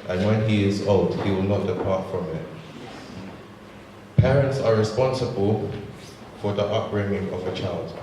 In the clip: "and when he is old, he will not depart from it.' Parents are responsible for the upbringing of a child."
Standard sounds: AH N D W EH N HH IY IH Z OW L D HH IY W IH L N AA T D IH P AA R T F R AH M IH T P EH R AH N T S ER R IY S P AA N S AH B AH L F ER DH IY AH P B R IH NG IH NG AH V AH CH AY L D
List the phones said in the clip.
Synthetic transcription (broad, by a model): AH N W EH N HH IY IH Z OW L D HH IY W IH L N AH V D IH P AA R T F R AH M IH T P EH R AH N T S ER R IY S P AA N S AH B AH L F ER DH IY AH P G R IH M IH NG AH V AH CH AY L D